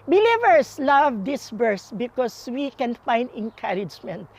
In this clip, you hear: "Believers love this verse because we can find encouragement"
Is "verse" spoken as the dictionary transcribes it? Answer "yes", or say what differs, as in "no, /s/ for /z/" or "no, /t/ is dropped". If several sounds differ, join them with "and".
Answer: no, /b/ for /v/